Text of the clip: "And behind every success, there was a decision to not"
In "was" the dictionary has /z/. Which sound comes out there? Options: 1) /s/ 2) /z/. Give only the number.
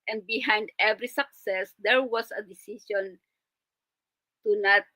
1